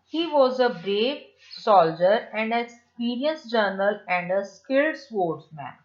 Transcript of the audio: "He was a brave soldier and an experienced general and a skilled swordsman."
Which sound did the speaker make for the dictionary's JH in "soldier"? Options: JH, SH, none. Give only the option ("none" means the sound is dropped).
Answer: JH